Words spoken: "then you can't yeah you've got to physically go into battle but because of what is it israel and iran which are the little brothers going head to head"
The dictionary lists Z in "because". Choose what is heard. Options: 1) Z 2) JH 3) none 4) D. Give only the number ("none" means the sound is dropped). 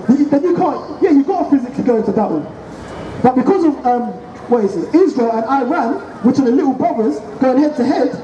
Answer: 1